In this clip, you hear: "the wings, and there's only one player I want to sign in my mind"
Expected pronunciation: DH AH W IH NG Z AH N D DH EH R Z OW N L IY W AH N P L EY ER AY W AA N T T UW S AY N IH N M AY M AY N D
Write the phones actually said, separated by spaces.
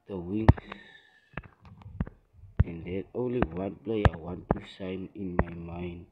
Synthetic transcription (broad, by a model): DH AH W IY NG S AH N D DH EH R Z OW N L IY W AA N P L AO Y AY W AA N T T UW S AY N IH N M AY M AY N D